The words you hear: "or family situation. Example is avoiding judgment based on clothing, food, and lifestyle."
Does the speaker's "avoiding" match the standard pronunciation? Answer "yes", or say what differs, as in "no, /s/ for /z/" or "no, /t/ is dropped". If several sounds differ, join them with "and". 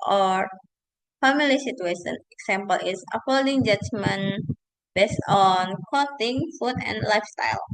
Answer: no, /f/ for /v/